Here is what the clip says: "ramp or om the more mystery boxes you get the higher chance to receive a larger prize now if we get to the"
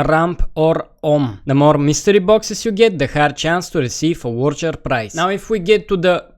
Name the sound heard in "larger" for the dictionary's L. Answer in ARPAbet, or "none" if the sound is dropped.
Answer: W